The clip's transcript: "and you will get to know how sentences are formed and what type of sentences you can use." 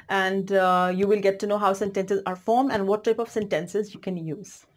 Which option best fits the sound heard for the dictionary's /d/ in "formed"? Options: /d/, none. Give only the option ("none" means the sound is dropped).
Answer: none